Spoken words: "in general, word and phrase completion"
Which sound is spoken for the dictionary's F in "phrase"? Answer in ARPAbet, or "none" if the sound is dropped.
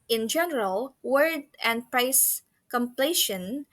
P